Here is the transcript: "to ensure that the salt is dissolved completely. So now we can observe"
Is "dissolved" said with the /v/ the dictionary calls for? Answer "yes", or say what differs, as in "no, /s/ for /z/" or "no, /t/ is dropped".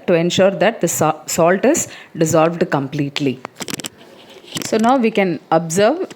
yes